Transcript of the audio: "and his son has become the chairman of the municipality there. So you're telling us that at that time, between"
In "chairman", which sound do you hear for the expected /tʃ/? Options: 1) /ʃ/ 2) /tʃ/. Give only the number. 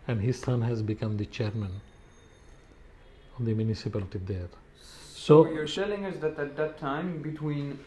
2